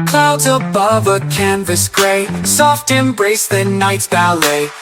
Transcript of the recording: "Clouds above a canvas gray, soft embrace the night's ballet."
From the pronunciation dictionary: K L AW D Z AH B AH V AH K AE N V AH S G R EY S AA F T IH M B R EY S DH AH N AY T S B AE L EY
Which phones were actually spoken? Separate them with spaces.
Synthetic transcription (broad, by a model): K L AW D Z AH B AH V AH K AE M V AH S G R EY S AA F T IH M B R EY S DH AH N AY T S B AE L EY